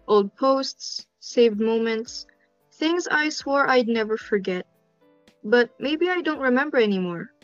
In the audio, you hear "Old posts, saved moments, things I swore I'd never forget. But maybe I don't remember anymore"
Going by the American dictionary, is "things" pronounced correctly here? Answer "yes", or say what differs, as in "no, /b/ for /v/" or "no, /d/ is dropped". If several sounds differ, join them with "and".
yes